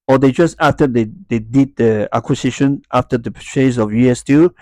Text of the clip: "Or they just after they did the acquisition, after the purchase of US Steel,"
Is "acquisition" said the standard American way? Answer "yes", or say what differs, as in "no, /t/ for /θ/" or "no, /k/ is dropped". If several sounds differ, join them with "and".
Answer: no, /s/ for /z/